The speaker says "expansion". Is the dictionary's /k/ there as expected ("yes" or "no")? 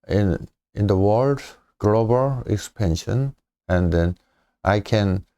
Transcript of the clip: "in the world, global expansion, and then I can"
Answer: no